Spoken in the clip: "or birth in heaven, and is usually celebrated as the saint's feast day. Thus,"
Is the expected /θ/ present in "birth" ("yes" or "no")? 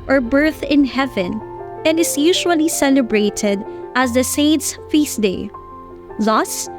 yes